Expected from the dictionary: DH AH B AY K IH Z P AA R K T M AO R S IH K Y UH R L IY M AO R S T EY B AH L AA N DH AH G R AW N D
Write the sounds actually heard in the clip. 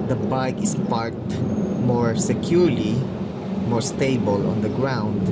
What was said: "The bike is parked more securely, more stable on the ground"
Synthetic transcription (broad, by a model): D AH B AY K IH S P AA R T M AO R S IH K Y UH R L IY M AO R S T EY B AH L AA N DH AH G R AW N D